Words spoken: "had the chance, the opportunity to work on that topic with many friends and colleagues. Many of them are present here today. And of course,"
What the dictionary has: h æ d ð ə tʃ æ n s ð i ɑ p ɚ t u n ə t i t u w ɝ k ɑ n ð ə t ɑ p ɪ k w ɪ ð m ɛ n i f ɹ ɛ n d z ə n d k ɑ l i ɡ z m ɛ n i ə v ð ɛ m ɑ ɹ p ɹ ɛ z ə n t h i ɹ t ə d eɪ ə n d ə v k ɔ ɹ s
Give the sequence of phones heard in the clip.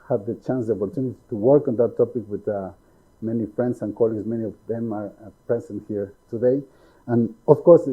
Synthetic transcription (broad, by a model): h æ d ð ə tʃ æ n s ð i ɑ p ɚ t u n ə t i t u w ɝ k ɑ n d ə t ɑ p ɪ k w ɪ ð m ɛ n i f ɹ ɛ n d s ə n k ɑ l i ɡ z m ɛ n i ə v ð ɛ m ɑ ɹ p ɛ s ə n h i ɹ t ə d eɪ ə n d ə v k ɔ ɹ s